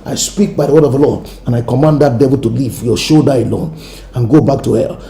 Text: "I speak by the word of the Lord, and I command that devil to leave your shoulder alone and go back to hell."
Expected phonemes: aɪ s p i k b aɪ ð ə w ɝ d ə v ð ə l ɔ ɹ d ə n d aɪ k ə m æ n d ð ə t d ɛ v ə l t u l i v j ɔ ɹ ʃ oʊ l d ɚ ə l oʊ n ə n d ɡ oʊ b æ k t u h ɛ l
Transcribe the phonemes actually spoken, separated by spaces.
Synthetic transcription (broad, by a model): aɪ s p i k b aɪ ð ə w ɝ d ə v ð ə l ɔ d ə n aɪ k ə m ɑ n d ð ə t d ɛ v ə l t u l i v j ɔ ʃ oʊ d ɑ ə l oʊ n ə n ɡ oʊ b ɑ k t u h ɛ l